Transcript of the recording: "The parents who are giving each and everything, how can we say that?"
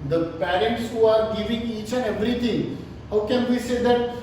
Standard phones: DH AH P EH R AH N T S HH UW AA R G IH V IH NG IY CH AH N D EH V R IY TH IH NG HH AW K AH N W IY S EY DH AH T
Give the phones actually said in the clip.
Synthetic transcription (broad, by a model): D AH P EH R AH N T S HH UW AA R G IH V IH NG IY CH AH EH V R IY T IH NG HH AW K AH N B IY S EY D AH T